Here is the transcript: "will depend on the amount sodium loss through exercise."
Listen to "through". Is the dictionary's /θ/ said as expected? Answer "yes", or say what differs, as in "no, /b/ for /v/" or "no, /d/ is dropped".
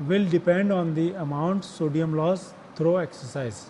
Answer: no, /t/ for /θ/